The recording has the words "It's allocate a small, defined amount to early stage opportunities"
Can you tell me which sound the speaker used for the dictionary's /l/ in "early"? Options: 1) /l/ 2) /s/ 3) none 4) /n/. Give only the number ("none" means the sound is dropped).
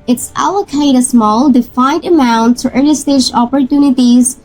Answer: 4